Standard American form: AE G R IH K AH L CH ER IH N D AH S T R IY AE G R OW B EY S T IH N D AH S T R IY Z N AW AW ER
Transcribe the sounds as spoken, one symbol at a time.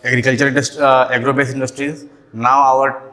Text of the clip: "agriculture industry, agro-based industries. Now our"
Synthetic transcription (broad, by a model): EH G R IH K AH L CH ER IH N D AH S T IY G R OW B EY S IH N D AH S T R IY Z N AW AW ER